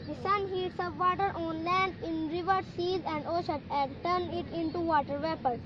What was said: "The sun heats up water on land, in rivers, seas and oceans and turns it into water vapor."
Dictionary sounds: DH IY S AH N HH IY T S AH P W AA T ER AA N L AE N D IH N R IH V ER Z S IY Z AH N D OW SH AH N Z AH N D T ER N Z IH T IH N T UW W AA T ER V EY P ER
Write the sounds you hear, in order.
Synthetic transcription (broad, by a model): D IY S AH N HH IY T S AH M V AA T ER AA N L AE N D IH N R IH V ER S IY Z AH N D OW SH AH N AH N D T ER N IH T IH N T UW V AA T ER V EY P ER